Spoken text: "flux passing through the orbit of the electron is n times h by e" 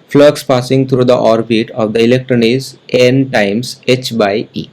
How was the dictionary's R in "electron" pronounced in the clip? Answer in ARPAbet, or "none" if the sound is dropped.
R